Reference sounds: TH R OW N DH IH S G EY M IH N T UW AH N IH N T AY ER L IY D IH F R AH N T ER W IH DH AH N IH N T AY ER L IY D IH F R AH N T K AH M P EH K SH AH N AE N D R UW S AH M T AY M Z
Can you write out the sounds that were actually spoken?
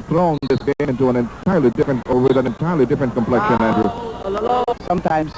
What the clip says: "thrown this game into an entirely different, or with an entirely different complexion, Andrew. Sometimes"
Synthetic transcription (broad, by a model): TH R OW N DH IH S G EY IH N T UW AH N IH N T AY ER L IY D IH F R AH N T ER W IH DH AH N IH N T AY ER L IY D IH F R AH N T K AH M P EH K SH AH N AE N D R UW S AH M T AY M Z